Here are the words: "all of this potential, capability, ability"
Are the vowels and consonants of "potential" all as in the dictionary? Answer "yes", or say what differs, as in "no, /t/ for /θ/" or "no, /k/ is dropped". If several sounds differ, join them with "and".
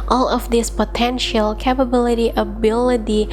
yes